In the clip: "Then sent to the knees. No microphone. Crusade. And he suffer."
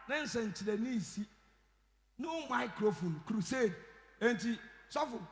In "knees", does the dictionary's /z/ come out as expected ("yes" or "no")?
no